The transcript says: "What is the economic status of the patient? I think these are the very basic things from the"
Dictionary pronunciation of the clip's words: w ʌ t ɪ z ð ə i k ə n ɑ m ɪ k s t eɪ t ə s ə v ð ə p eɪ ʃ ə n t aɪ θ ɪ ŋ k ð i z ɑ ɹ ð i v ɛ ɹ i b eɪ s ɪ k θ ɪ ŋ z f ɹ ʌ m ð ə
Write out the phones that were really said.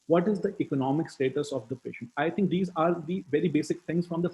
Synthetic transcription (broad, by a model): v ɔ t ɪ z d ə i k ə n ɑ m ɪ k s t eɪ t ə s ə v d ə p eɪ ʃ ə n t aɪ t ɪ ŋ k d i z ɑ ɹ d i v ɛ ɹ i b eɪ s ɪ k t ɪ ŋ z f ɹ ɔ m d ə